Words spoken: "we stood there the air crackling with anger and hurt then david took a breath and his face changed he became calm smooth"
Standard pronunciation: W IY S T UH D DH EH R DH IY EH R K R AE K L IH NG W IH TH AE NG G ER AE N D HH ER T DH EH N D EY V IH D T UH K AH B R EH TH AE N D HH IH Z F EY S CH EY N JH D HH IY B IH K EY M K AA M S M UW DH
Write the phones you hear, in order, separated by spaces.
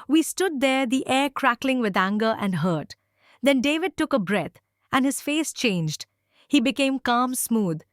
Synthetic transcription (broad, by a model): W IY S T UH D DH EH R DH IY EH R K R AE K L IH NG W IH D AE NG G ER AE N D HH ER T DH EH N D EY V IH D T UH K AH B R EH T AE N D HH IH Z F EY S CH EY N JH D HH IY B IH K EY M K AA M S M UW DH